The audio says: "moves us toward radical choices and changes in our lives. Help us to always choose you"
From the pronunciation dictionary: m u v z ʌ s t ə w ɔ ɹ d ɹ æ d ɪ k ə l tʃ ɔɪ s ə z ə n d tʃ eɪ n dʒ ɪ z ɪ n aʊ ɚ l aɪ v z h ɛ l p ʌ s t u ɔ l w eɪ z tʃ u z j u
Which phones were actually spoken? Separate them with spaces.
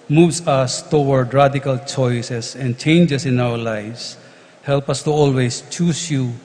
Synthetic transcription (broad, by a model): m u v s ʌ s t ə w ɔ ɹ d ɹ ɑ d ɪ k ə l tʃ ɔɪ s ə s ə n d tʃ eɪ n dʒ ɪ s ɪ n aʊ ɚ l aɪ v s h ɛ l p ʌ s t u ɔ l w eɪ s tʃ u s j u